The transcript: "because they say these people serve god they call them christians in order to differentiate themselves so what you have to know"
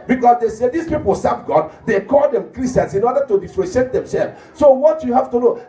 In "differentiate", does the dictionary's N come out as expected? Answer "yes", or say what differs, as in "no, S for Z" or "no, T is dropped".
no, N is dropped